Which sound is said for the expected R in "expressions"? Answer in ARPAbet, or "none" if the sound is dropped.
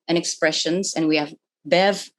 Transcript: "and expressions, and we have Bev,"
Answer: R